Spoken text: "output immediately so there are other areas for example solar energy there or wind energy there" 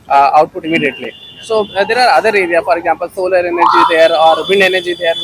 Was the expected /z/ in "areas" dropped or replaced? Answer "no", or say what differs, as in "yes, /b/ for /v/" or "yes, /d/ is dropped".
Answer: yes, /z/ is dropped